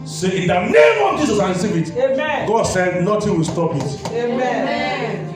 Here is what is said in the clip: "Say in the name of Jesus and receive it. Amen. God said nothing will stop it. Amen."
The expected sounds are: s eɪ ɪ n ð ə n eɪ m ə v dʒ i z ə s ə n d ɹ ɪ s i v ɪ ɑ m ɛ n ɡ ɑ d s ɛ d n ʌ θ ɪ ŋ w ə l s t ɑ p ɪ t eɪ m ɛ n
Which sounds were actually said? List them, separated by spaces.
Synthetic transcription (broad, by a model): s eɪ ɪ n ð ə n eɪ m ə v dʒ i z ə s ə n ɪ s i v ɪ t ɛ ɡ ɑ d s ɛ d n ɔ t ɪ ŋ w ə l s t ɑ p ɪ t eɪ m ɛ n